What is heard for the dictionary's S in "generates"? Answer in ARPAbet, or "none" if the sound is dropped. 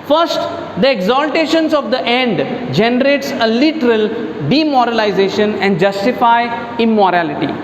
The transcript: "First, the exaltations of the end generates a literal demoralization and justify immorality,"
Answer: S